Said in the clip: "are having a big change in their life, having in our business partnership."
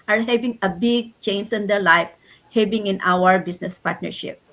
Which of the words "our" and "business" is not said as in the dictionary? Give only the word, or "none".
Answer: business